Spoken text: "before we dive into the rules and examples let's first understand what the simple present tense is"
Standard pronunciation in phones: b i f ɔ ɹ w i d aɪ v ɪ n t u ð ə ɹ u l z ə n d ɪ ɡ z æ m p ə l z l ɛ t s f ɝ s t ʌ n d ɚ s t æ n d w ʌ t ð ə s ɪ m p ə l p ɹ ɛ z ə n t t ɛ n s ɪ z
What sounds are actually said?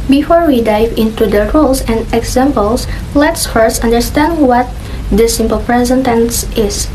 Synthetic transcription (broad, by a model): b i f ɔ ɹ w i d aɪ v ɪ n t u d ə ɹ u l s ə n d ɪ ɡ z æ m p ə l s l ɛ t s f ɝ s t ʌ n d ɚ s t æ n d w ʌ t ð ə s ɪ m p ə l p ɹ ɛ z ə n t t ɛ n s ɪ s